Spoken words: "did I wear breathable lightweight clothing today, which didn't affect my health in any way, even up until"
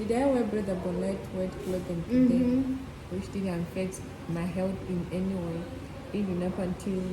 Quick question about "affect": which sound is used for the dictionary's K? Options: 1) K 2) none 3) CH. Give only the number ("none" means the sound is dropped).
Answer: 2